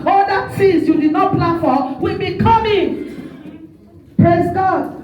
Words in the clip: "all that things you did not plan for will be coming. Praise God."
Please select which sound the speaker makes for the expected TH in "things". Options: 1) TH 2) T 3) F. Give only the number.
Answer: 2